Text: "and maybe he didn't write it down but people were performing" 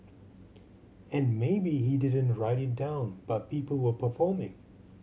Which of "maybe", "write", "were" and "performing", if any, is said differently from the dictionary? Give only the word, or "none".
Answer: none